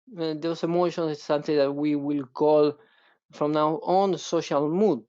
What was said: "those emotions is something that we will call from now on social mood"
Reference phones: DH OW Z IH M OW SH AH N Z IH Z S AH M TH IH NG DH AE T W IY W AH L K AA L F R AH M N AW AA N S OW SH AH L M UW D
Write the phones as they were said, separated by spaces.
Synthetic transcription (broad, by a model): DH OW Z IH M OW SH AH N IH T S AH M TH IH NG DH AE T W IY W AH L K AA L F R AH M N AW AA N S OW SH AH L M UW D